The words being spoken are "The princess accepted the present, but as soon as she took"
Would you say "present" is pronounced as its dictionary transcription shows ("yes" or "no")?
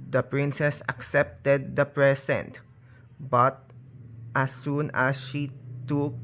no